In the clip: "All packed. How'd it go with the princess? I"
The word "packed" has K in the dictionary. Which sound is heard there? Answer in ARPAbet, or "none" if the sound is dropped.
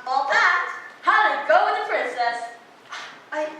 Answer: none